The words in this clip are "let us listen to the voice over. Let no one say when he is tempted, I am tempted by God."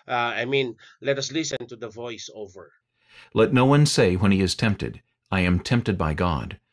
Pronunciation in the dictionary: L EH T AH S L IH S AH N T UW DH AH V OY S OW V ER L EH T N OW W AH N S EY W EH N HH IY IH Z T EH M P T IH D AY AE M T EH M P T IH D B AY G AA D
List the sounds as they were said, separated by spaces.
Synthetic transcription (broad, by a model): L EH T AH S L IH S AH N T UW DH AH V OY S OW V ER L EH T N OW W AH N S EY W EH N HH IY IH Z T EH M P T IH D AY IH M T EH M P T IH D B AY G AA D